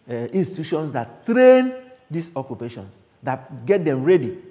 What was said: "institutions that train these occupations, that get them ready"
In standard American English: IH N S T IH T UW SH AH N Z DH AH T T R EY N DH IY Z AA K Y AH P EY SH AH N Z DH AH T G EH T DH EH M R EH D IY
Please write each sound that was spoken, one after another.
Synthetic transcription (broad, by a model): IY N S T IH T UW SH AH N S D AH T T R EY N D IY S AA K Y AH P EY SH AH N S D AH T G EH T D EH M R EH D IY